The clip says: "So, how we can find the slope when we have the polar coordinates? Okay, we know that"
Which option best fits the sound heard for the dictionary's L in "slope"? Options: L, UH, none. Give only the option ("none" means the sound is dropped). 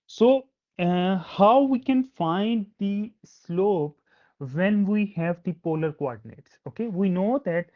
L